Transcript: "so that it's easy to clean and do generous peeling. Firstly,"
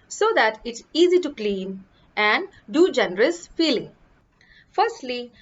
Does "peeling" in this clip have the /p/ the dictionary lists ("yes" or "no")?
no